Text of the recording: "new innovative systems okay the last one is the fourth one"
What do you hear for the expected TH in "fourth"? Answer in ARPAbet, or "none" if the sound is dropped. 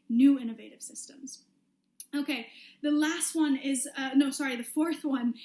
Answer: TH